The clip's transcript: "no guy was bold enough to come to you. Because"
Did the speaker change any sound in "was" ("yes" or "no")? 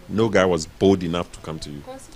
no